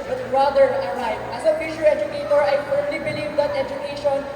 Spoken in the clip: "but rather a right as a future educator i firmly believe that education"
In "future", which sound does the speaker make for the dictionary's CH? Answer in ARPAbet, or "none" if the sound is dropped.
SH